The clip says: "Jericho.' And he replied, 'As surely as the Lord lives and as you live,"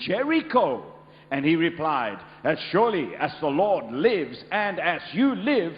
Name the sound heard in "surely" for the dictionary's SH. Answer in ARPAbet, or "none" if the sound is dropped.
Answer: SH